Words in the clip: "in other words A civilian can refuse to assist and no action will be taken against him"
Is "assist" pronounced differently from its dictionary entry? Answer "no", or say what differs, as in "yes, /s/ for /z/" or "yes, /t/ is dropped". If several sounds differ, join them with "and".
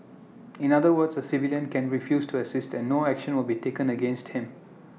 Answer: no